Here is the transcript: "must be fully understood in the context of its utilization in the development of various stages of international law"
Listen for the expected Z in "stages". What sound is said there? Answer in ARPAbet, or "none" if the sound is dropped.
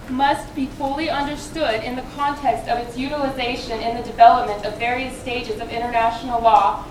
Z